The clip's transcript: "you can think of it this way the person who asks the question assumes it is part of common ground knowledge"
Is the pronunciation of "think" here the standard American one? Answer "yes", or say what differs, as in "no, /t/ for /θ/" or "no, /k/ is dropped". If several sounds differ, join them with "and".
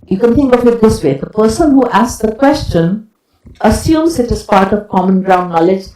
no, /t/ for /θ/